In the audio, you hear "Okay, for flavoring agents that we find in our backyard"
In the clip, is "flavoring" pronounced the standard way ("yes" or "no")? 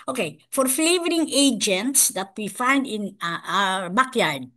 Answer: yes